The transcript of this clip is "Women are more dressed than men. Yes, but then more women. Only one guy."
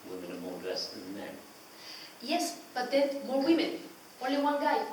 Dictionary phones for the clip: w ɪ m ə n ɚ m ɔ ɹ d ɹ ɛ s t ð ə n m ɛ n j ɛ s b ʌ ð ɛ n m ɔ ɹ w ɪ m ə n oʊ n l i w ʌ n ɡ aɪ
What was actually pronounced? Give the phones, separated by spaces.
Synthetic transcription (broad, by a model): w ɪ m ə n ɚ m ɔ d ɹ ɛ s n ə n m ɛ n j ɛ s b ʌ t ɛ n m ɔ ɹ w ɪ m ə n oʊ l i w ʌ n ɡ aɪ